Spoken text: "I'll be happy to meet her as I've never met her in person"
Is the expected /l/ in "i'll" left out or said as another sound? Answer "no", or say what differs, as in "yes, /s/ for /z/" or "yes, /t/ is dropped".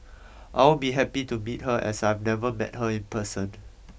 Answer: yes, /w/ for /l/